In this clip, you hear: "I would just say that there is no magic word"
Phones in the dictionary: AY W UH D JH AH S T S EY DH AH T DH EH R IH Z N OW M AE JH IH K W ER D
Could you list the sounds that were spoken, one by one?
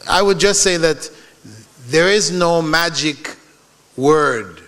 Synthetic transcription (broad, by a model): AY W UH D JH AH S T S EY DH AH T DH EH R IH Z N OW M AE JH IH K W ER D